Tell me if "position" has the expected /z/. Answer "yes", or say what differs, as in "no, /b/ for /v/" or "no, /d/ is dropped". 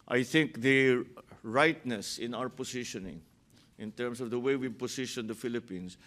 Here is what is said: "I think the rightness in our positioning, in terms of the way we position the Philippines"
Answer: no, /s/ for /z/